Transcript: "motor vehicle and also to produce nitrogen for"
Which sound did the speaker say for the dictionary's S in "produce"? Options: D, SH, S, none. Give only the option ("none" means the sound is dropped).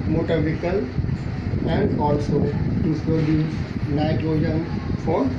none